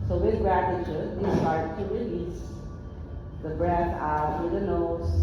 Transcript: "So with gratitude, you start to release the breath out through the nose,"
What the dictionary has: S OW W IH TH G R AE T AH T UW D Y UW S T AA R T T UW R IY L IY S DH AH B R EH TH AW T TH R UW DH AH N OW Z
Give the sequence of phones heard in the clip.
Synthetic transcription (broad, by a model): S OW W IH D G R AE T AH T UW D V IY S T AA R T T UW R IY L IY S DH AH B R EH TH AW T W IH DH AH N OW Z